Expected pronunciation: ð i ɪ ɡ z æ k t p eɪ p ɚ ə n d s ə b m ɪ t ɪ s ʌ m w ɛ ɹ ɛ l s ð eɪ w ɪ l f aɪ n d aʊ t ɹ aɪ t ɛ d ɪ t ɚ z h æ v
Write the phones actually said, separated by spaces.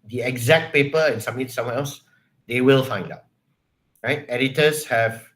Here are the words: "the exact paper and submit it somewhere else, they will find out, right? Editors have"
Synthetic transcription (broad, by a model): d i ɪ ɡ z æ k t p eɪ p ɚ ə n s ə m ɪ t s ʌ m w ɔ ɛ l s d eɪ w ɪ l f aɪ n d aʊ t ɹ aɪ t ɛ d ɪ t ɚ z h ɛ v